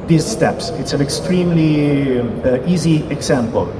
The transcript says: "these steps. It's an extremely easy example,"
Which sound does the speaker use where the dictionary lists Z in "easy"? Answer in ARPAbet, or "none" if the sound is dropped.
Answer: Z